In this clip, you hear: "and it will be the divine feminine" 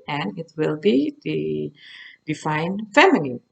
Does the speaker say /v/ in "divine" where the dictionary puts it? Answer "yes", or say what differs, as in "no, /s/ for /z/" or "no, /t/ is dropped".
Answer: no, /f/ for /v/